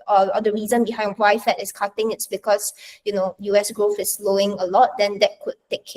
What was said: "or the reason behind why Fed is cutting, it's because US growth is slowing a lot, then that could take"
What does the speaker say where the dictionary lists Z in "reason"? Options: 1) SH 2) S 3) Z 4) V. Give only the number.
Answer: 3